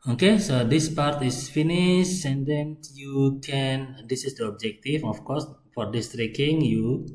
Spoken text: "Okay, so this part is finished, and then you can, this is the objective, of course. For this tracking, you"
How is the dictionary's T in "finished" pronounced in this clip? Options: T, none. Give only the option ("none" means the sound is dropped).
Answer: none